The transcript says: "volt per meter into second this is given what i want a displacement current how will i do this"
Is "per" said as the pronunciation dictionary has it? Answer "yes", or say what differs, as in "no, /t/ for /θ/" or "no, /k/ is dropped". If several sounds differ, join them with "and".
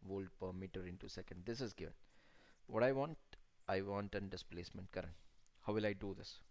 yes